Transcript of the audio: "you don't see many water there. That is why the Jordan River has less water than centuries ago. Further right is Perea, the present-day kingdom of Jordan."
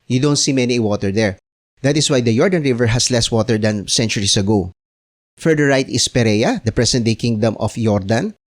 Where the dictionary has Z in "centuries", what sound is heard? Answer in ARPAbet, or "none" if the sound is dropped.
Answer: S